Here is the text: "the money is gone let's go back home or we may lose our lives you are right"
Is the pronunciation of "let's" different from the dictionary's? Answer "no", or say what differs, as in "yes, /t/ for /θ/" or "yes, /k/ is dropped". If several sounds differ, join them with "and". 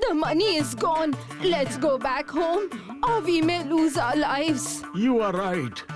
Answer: no